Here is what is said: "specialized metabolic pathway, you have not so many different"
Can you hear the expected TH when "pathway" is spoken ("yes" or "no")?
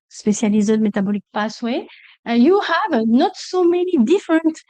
no